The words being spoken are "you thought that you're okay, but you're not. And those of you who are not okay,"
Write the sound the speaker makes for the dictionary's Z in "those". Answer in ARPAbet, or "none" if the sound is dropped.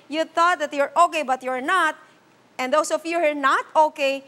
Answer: S